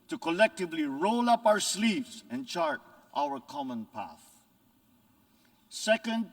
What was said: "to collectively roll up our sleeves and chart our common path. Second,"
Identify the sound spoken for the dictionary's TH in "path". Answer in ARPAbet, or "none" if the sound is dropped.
TH